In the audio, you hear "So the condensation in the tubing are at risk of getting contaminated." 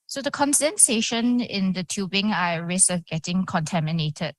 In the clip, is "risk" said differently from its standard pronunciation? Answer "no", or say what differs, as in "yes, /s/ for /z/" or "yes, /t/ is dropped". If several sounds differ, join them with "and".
yes, /k/ is dropped